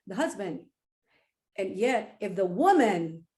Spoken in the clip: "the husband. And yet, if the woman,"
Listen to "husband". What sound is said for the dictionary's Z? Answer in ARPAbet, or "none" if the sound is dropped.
Z